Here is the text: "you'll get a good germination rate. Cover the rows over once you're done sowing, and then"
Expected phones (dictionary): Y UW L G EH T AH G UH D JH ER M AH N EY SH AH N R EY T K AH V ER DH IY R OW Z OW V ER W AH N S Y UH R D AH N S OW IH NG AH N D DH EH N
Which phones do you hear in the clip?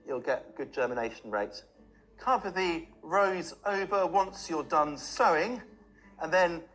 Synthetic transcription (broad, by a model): Y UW L G EH T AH G UH D JH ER M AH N EY SH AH N R EY T K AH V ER DH IY R OW Z OW V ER W AH N S Y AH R D AH N S OW IH NG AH N DH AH N